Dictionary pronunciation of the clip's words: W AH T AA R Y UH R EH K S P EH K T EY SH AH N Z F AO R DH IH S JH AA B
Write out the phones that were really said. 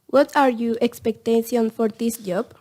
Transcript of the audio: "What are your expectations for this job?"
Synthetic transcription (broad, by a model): W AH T AA R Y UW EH K S P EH K T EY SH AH N F AO R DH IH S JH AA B